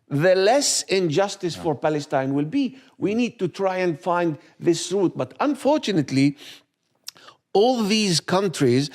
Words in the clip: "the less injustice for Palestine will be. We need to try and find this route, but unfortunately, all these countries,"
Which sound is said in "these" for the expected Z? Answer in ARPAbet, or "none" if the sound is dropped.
Z